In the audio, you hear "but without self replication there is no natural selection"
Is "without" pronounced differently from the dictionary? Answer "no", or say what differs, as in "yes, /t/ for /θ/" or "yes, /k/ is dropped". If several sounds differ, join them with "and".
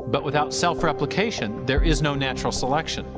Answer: no